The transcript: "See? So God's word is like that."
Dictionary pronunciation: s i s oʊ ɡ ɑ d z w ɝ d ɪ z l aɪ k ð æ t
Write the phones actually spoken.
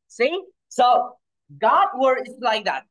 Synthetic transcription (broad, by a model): s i s oʊ ɡ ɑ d w ɝ d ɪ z l aɪ k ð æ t